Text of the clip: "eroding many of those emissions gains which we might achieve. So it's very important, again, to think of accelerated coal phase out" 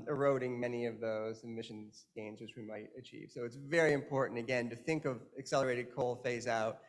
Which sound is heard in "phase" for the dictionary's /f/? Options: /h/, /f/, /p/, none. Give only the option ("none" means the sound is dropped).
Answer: /f/